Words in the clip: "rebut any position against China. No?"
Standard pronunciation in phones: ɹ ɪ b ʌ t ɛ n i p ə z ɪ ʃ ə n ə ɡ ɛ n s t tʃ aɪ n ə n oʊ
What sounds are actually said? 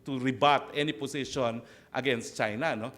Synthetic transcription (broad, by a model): ɹ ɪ b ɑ t ɛ n i p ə s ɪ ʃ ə n ə ɡ ɛ n s t tʃ aɪ n ə n oʊ